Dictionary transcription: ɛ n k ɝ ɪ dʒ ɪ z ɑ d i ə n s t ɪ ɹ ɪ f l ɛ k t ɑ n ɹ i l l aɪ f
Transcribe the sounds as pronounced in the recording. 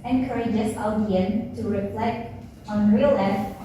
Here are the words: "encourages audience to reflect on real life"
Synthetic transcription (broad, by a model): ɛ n k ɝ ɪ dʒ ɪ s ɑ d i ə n t ɪ ɹ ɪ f l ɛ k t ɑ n ɹ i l l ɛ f